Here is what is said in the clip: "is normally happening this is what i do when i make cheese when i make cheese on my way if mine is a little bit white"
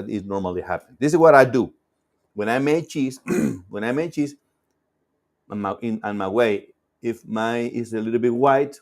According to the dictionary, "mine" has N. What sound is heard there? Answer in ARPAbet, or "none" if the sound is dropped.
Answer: none